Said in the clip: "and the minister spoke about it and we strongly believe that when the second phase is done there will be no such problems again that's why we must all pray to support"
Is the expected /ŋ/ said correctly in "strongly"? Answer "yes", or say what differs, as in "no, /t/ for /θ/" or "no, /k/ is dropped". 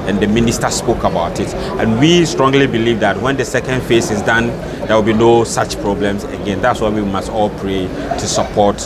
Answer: yes